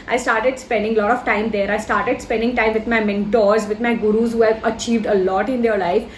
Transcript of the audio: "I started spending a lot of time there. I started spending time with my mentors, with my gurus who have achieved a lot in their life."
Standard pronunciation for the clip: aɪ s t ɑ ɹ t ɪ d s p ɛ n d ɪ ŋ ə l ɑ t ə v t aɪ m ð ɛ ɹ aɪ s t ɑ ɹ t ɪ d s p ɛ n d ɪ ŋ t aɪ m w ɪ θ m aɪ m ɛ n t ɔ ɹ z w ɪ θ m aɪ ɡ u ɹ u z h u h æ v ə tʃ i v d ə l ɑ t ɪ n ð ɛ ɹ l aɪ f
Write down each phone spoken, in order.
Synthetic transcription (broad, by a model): aɪ s t ɑ ɹ t ɪ d s p ɛ n d ɪ ŋ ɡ l ɑ t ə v t aɪ m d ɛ ɹ aɪ s t ɑ ɹ t ɪ d s p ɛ n d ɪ ŋ t aɪ m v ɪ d m aɪ m ɛ n t ɔ ɹ z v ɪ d m aɪ ɡ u ɹ u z h u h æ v ə tʃ i v d ə l ɑ t ɪ n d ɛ ɹ l aɪ f